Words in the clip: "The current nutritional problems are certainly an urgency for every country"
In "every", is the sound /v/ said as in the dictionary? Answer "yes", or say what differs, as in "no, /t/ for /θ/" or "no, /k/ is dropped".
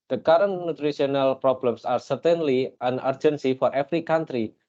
no, /f/ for /v/